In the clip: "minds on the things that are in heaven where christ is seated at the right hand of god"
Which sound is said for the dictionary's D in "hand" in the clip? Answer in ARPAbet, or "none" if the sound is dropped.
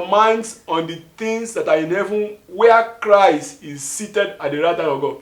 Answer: none